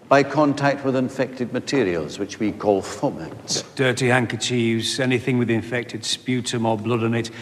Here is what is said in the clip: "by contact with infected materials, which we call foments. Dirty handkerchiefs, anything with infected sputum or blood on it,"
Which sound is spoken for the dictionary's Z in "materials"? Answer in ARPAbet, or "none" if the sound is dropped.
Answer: Z